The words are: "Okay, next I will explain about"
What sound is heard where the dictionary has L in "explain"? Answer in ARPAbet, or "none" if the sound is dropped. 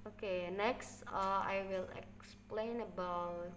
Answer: L